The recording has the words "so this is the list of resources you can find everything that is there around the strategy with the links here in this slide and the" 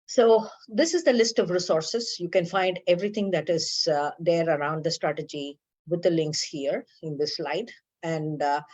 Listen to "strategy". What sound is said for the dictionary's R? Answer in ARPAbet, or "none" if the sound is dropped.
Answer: R